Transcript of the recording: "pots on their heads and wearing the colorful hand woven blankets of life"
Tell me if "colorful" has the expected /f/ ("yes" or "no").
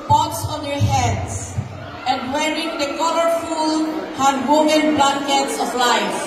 yes